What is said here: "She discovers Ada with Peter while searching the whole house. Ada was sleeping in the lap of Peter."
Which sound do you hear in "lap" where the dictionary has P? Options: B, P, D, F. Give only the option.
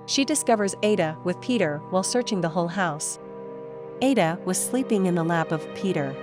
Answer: P